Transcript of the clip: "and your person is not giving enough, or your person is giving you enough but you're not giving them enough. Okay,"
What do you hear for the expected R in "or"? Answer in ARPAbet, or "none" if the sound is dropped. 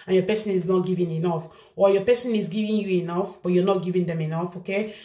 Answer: L